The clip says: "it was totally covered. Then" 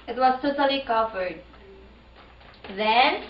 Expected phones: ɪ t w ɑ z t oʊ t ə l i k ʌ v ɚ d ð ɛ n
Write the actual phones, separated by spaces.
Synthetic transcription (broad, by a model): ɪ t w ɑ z t oʊ t ə l i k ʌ f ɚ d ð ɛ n